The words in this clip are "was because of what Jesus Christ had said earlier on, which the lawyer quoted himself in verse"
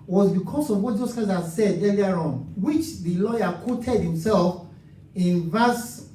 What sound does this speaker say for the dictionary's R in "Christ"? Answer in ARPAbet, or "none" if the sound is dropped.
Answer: none